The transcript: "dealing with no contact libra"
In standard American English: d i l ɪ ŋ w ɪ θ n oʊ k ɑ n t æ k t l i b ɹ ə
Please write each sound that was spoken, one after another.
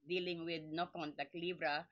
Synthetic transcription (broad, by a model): d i l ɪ ŋ w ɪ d n oʊ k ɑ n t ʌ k l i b ɹ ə